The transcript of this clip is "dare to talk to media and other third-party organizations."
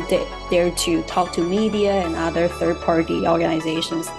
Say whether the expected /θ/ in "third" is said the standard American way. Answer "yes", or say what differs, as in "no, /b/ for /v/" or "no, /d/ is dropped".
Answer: yes